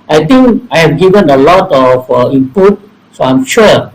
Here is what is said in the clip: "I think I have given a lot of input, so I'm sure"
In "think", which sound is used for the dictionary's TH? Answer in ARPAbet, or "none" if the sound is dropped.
T